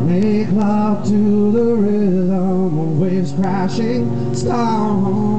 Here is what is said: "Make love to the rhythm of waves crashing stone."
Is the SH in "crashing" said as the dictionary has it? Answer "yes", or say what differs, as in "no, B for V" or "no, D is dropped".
yes